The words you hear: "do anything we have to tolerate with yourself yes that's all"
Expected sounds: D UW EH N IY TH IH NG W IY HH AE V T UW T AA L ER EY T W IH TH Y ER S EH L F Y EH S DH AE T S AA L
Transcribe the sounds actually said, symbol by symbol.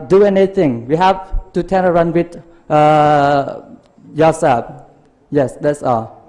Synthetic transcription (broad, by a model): D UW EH N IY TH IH NG W IY HH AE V T UW T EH N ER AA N W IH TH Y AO S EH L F Y EH S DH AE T S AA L